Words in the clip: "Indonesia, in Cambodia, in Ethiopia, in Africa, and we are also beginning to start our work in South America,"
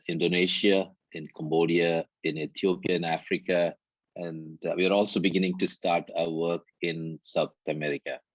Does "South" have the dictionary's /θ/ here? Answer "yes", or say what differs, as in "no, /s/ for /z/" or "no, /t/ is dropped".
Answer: no, /t/ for /θ/